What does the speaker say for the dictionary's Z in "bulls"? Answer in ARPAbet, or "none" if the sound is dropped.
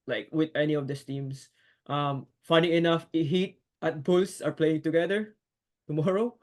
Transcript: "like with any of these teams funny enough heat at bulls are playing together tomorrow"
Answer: S